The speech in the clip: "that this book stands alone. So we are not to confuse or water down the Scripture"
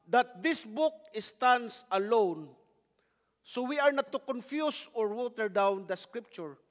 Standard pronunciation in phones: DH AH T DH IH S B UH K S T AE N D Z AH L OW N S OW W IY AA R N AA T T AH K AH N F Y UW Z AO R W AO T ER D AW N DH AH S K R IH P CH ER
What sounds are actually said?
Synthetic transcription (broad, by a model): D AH T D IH S B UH K S T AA N D S AH L OW N S OW W IY AA R N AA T T AH K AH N F Y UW S AO R W AO T ER D AW N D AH S K R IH P CH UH